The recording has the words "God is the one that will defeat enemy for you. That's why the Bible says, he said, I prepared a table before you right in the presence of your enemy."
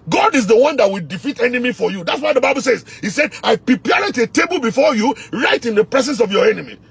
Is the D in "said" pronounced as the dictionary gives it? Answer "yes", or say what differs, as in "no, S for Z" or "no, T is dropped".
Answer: yes